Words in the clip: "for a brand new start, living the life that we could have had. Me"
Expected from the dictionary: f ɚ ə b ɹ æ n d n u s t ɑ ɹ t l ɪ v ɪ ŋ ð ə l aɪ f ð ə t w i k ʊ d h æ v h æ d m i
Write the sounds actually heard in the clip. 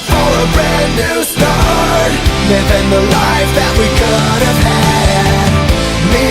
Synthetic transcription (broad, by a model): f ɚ ə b ɹ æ d n u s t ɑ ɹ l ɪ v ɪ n ð ə l aɪ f ð ə t w i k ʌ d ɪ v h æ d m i